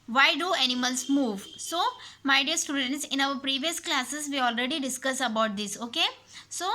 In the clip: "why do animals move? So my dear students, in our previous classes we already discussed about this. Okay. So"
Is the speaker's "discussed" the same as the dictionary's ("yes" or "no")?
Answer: no